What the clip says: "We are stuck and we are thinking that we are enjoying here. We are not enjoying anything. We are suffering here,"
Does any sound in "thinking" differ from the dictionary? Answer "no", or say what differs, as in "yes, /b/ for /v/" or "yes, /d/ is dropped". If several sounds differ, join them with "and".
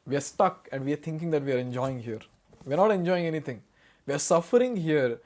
yes, /t/ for /θ/